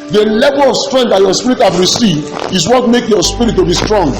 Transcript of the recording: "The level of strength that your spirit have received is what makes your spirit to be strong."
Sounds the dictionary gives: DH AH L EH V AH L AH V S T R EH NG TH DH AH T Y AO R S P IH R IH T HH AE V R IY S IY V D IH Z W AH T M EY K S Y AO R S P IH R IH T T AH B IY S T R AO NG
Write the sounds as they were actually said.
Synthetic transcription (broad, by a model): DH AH L EH V AH L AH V S T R EH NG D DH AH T Y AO S P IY R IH T HH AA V R IY S IY V D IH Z W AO T M EY K Y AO S P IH R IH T T AH B IY S T R AO NG